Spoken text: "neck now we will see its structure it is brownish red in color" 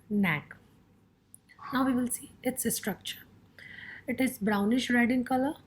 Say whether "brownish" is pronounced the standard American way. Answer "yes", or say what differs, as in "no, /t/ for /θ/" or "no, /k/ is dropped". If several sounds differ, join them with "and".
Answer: yes